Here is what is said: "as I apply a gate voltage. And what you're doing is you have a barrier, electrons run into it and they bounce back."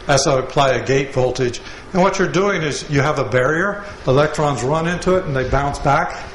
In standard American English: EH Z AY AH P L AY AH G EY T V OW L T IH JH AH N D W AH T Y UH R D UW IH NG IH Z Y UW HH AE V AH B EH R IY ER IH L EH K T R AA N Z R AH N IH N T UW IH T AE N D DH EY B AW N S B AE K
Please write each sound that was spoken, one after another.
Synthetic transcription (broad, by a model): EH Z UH AH P L AY AH G EY T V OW L T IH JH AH N W AH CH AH R D UW IH NG IH Z Y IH V AH B EH R IY ER IH L EH K T R AA N Z R AH N IH N T UW IH T N DH EY B AW N S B AE K